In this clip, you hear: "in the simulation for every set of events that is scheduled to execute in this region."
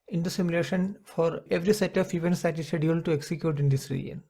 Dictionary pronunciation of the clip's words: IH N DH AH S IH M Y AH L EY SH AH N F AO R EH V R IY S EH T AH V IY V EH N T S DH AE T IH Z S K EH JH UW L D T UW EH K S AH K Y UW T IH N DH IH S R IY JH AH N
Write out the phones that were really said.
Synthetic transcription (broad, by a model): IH N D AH S IH M Y AH L EY SH AH N F AO R EH V R IY S EH T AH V IY V EH N T S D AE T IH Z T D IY UW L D T UW EH K S AH K Y UW T IH N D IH S R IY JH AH N